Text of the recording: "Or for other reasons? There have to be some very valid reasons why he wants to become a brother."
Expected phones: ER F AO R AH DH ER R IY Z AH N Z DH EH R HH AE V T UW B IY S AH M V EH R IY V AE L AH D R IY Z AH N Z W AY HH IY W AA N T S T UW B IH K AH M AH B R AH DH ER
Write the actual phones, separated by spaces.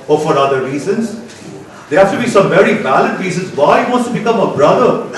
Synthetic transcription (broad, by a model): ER F AO R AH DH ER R IY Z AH N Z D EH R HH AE F T UW B IY S AH M V EH R IY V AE L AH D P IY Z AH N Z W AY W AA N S T UW B IH K AH M AH B R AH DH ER